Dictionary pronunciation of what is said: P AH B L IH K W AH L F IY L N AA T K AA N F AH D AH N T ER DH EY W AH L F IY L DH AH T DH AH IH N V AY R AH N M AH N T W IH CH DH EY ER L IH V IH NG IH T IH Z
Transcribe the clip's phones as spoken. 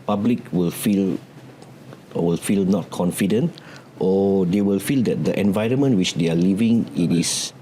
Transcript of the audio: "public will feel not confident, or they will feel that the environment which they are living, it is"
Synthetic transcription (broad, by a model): P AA B L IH K W AH L F IY L N AA T K AA N F AH D AH N T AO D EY W AH L F IY L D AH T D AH IH N V AY R AH N M AH N T W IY CH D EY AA L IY V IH NG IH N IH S